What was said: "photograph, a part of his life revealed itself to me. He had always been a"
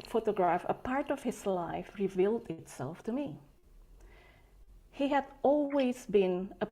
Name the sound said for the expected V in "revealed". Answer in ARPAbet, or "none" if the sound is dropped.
V